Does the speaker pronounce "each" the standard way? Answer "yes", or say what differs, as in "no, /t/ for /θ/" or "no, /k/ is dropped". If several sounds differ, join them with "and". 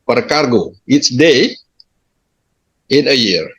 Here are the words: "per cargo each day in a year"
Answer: no, /s/ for /tʃ/